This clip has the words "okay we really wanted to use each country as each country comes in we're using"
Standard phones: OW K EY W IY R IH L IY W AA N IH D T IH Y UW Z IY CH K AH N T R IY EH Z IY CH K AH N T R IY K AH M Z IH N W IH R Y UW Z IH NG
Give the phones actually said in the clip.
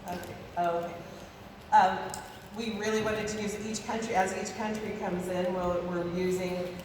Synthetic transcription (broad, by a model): OW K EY W IY R IH L IY W AA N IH D T IH Y UW Z IY CH K AH N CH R IY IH Z IY CH K AH N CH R IY K AH M Z IH N W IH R Y UW Z IH NG